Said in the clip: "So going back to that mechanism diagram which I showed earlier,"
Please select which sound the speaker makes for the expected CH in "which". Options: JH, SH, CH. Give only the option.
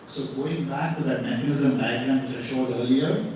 SH